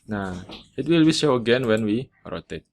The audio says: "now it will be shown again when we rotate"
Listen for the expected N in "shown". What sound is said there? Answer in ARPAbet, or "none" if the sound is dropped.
none